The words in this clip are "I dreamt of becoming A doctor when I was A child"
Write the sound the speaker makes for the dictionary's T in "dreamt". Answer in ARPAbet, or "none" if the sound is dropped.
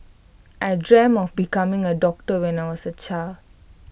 none